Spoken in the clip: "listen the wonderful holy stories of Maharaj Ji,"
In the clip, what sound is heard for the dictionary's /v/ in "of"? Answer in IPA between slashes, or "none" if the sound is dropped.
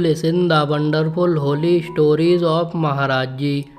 /p/